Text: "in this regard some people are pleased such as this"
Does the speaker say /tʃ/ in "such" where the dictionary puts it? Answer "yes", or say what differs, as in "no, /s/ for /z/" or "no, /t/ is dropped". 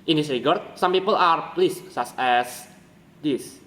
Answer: no, /s/ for /tʃ/